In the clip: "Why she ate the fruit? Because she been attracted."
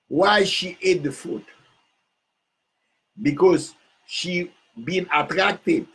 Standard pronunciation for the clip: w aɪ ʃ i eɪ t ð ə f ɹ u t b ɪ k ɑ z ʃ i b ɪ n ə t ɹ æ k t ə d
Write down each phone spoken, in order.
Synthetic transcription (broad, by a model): w aɪ ʃ i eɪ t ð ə f u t b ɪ k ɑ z ʃ i b ɪ n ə t ɹ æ k t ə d